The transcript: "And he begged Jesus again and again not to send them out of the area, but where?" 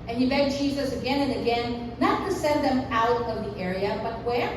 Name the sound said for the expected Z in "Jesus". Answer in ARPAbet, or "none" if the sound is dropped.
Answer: Z